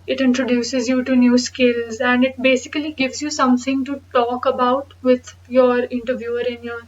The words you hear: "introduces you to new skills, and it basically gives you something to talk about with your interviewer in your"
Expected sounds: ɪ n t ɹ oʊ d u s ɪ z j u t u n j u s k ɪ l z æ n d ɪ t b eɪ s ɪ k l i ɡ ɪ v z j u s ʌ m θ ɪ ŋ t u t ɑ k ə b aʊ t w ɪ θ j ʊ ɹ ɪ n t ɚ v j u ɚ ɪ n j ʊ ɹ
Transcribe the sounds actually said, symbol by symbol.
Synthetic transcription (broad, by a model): ɪ n t ɹ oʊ d u s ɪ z j u t u n j u s k ɪ l z æ n d ɪ t b eɪ s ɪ k l i ɡ ɪ v z j u s ʌ m t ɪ ŋ t u t ɑ k ə b aʊ t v ɪ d j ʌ ɹ ɪ n t ɚ v j u ɚ ɪ n j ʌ ɹ